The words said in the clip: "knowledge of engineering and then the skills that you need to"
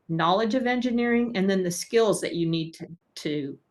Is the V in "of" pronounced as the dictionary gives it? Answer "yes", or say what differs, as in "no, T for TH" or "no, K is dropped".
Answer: yes